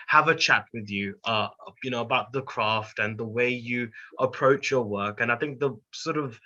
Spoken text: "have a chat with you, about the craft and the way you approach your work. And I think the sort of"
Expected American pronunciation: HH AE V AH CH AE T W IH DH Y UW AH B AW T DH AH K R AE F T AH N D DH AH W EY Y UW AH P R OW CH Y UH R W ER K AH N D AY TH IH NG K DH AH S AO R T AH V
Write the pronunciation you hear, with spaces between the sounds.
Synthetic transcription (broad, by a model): HH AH V AH CH AE T W IH DH Y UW AH B AW T DH AH K R AE F T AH N DH AH W EY Y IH AH P R OW CH Y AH R W ER K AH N AY TH IH NG K DH AH S AO R T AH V